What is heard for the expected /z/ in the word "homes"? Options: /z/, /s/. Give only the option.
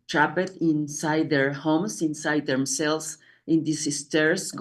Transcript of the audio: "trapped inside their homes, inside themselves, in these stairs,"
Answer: /s/